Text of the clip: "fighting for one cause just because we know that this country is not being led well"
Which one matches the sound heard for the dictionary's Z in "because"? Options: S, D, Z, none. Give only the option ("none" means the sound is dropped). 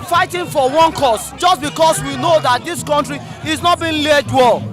S